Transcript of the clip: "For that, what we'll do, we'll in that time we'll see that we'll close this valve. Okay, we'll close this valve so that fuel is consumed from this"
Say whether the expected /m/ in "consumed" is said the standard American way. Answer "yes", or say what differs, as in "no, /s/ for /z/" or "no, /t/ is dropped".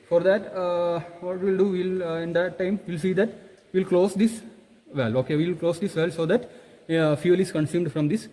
yes